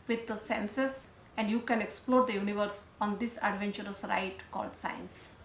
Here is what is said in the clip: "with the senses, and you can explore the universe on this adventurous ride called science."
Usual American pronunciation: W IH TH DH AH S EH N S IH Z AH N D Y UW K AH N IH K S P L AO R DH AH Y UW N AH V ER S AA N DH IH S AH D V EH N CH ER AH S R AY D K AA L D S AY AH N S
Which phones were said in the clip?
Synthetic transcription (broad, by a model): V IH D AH S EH N S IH S AH N D Y UW K AH N IH K S P L AO R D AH Y UW N AH V ER S AA N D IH S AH D V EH N CH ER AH S R AY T K AA L D S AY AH N S